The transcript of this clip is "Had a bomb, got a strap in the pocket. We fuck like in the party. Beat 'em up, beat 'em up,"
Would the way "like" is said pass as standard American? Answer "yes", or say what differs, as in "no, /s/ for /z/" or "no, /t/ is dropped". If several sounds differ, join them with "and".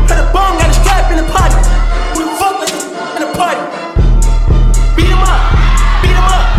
no, /k/ is dropped